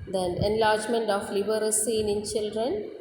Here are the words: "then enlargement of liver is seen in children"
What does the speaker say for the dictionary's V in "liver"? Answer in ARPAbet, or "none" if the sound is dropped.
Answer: B